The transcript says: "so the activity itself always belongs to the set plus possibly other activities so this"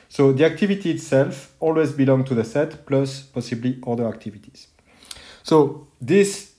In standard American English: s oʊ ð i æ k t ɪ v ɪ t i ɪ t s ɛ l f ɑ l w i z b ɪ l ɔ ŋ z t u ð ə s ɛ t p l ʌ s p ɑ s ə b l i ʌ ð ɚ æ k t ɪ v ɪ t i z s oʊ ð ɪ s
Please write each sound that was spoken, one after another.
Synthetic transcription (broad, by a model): s oʊ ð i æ k t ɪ v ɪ t i t s ɛ l f ɑ l w i z b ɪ l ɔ ŋ t u ð ə s ɛ t p l ʌ s p ɑ s ə b l i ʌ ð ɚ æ k t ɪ v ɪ t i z s oʊ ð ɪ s